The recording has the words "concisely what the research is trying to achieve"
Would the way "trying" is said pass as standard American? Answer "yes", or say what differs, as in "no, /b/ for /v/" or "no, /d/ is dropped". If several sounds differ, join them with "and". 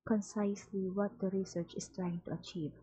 yes